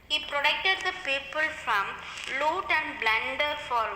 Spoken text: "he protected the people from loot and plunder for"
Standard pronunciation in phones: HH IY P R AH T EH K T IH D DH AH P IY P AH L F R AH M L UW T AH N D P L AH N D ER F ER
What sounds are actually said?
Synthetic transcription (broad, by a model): HH IY P R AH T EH K T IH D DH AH P IY P AH L F R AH M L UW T AH N D B L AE N D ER F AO